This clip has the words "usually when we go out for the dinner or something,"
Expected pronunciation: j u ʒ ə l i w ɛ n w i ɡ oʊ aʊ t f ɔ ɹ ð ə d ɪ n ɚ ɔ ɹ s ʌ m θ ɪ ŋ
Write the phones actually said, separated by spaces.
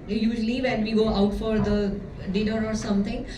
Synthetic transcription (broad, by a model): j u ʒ l i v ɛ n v i ɡ oʊ aʊ t f ɔ ɹ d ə d ɪ n ɚ ɔ ɹ s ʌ m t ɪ ŋ